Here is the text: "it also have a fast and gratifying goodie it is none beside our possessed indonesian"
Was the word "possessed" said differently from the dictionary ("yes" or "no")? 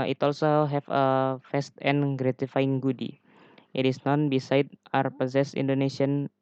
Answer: yes